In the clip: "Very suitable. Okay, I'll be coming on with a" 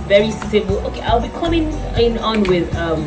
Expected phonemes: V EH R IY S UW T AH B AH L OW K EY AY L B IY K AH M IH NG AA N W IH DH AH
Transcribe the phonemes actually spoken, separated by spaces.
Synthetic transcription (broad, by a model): V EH R IY S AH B L OW K EY AY L B IY K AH M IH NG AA N W IH DH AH